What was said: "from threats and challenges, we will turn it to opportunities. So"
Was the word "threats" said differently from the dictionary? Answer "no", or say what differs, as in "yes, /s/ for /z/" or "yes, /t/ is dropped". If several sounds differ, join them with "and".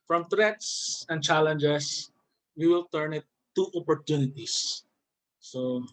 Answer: yes, /t/ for /θ/